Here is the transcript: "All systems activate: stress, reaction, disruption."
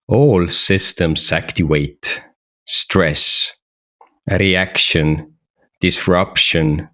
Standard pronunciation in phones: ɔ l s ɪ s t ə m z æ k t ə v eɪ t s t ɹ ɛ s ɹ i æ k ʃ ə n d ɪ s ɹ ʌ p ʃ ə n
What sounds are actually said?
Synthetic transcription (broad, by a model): ɔ l s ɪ s t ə m s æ k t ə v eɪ t s t ɹ ɛ s ɹ i æ k ʃ ə n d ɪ s ɹ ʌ p ʃ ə n